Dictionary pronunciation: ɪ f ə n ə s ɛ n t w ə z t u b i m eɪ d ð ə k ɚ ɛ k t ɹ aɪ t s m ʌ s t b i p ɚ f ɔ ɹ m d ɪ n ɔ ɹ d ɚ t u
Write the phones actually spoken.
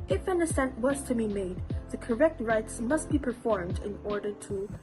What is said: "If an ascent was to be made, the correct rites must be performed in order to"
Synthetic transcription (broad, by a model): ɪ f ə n ə s ɛ n t w ə z t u b i m eɪ d ð ə k ɚ ɛ k t ɹ aɪ t s m ʌ s t b i p ɚ f ɔ ɹ m d ɪ n ɔ ɹ d ɚ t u